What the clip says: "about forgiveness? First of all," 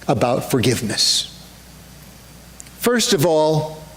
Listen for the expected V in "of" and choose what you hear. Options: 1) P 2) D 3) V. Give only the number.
3